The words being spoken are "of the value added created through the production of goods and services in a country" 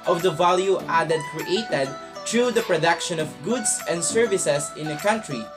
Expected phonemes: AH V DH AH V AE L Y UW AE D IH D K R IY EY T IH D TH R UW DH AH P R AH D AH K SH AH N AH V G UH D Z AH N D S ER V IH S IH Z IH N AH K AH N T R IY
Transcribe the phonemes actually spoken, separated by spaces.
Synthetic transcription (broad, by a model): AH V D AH V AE L Y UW AE D IH D K R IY EY T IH D T R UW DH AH P R AH D AH K SH AH N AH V G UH D S AH N D S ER V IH S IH S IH N AH K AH N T R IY